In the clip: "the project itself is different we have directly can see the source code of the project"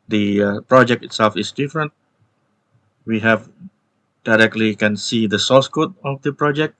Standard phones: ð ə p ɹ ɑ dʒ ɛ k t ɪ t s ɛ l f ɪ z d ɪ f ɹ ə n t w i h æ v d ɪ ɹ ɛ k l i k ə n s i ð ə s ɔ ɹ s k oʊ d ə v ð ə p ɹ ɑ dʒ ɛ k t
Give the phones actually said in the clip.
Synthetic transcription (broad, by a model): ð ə p ɹ ɑ dʒ ɛ k t ɪ t s ɛ l f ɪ s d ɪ f ɹ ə n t w i h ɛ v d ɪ ɹ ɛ k l i k ə n s i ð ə s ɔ l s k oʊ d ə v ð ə p ɹ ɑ dʒ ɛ k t